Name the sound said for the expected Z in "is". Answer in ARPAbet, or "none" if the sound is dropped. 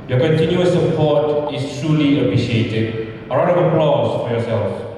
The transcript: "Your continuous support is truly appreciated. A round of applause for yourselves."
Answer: S